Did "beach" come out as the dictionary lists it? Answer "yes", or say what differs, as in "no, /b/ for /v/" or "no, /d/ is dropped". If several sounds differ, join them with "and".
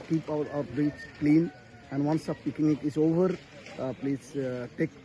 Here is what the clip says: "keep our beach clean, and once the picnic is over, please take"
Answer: no, /s/ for /tʃ/